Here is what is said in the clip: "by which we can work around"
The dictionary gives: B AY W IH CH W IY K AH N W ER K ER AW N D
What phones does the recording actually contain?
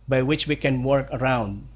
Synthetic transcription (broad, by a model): B AY W IH CH W IY K AH N W ER K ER AW N D